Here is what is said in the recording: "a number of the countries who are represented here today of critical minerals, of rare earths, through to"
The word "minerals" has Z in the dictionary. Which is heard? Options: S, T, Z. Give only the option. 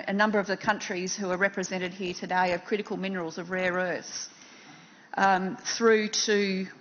Z